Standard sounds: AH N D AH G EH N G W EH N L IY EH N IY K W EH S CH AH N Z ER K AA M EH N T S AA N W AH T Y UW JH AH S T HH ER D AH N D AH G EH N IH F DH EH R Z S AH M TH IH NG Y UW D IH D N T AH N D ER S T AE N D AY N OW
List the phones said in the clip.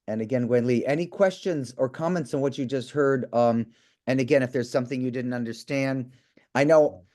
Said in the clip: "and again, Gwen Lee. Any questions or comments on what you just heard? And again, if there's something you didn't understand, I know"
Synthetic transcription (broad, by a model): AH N AH G EH N G W EH N L IY EH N IY K W EH S CH AH N Z ER K AA M EH N T S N W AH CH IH JH AH S T HH ER D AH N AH G EH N IH F DH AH R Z S AH M TH IH NG Y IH D IH D N T AH N D ER S T AE N D AY N OW